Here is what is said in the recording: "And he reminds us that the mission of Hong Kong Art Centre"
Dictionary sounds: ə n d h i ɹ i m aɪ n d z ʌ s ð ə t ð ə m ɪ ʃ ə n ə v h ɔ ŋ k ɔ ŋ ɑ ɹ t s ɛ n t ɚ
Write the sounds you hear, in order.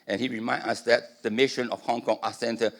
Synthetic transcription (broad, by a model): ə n h i ɹ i m aɪ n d ʌ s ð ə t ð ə m ɪ ʃ ə n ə f h ɔ ŋ k ɔ ŋ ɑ s ɛ n t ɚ